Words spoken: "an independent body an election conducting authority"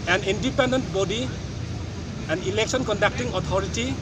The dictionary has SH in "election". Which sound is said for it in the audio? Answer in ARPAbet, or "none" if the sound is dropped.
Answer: S